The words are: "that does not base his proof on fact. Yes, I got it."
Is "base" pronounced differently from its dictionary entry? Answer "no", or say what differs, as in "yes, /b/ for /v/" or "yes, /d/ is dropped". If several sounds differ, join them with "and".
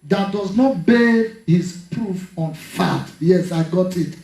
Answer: yes, /s/ is dropped